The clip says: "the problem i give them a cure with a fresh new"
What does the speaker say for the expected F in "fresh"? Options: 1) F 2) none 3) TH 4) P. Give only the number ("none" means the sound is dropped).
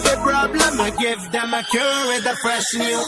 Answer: 4